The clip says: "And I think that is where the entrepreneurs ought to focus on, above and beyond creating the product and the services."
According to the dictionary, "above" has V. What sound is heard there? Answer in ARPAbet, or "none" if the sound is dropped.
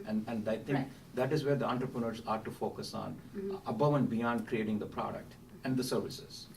V